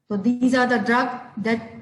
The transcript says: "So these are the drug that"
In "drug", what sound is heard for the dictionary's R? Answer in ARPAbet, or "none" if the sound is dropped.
R